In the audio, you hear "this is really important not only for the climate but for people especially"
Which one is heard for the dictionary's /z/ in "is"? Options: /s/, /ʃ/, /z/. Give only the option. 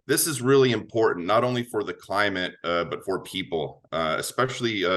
/z/